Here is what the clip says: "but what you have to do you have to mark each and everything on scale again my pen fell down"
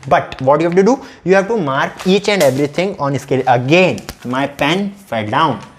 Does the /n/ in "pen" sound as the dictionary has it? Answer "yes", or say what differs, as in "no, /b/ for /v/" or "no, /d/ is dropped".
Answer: yes